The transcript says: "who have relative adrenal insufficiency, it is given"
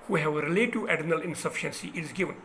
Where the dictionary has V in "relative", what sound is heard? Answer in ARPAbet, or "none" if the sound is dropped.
none